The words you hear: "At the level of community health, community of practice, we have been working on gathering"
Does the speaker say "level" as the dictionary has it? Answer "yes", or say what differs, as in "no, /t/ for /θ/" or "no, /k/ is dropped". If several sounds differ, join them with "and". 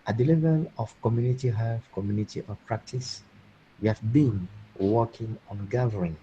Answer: yes